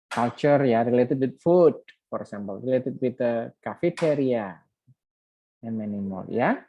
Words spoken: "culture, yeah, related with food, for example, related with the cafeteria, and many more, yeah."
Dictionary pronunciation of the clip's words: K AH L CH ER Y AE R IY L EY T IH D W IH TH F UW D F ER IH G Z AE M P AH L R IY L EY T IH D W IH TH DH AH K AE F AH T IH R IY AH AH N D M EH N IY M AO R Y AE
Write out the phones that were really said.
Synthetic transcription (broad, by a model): K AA L CH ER Y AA R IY L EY T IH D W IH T F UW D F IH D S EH M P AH L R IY L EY T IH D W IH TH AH K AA F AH T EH R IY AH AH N M EH N IY M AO L Y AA